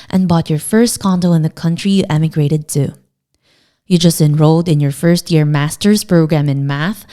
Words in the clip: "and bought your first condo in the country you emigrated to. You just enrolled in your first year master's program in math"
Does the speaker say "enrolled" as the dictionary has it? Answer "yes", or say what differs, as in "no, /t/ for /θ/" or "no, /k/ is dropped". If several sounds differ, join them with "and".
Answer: yes